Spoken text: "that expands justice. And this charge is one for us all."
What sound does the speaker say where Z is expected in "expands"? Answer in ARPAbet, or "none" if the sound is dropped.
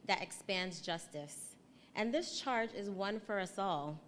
Z